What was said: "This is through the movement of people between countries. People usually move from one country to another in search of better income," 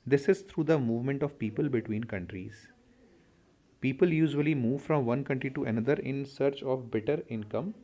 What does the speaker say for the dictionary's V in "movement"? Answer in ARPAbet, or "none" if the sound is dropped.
V